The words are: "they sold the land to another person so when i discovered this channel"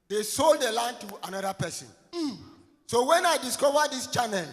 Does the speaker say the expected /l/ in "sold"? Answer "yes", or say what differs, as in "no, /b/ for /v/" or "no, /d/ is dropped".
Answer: yes